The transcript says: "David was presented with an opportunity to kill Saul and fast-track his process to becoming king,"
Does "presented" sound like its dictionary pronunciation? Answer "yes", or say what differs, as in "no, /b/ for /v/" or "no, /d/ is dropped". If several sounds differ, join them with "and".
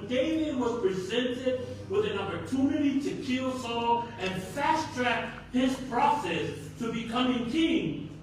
yes